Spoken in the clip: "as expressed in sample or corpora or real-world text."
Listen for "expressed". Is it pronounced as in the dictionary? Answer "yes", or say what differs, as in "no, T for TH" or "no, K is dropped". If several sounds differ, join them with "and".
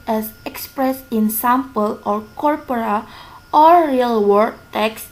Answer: no, T is dropped